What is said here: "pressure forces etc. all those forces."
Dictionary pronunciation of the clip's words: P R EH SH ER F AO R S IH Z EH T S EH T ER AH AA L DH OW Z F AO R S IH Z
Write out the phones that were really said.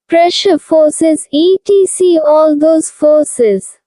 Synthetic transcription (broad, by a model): P R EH SH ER F AO R S IH Z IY T IY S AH AA L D OW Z F AO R S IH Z